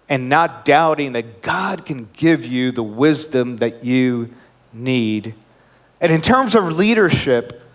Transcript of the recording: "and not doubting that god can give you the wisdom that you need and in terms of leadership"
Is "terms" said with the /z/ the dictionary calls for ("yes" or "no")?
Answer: yes